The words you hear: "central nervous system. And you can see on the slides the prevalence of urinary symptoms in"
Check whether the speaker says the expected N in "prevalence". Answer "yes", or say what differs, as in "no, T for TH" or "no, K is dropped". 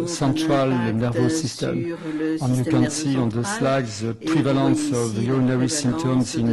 no, N is dropped